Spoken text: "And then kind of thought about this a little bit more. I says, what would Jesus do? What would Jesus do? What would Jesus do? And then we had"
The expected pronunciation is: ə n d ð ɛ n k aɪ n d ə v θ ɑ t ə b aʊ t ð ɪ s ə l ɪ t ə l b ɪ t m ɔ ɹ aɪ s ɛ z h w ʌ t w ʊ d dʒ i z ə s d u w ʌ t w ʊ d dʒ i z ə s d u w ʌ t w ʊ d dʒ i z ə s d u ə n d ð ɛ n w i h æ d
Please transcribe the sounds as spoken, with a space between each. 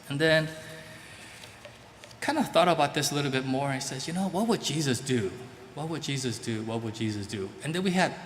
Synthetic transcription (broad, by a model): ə n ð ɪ n k aɪ n d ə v θ ɑ t ə b aʊ t ð ɪ s ə l ɪ t l b ɪ t m ɔ ɹ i s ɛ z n w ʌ t w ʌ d dʒ i z ə s d u w ʌ t w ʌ d dʒ i z ə s d u w ʌ t w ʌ d dʒ i z ə s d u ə n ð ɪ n w i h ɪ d